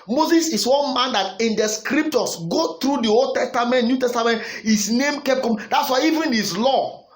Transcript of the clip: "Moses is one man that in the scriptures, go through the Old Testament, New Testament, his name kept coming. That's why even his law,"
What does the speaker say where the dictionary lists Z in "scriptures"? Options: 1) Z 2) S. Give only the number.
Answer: 2